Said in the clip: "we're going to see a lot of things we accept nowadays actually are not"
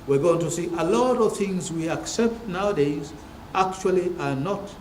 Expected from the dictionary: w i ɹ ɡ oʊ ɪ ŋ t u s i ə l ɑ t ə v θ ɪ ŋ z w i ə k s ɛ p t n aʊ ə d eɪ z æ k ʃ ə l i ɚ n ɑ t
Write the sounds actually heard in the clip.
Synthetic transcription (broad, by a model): w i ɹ ɡ oʊ ɪ ŋ t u s i ə l ɑ t ə v θ ɪ ŋ z w i ə k s ɛ p t n aʊ ə d eɪ z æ k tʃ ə l i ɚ n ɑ t